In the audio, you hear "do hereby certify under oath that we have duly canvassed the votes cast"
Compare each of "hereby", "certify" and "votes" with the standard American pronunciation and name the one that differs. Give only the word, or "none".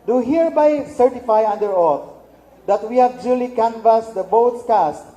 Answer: votes